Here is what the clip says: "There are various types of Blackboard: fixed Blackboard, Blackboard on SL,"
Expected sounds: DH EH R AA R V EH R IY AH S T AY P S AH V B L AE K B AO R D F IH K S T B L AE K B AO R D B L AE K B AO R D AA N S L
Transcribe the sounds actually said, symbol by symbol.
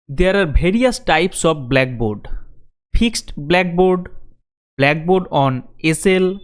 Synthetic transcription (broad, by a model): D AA R AA R B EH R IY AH S T AY P S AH F B L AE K B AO R D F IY K S T B L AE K B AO R D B L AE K B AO R D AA N S L